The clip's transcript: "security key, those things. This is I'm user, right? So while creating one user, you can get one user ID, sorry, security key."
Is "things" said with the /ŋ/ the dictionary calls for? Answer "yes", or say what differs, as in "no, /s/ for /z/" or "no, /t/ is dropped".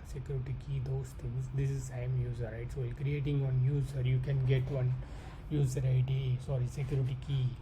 no, /ŋ/ is dropped